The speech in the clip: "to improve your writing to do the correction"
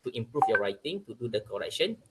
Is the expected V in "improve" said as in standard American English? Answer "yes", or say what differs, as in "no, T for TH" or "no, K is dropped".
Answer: no, F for V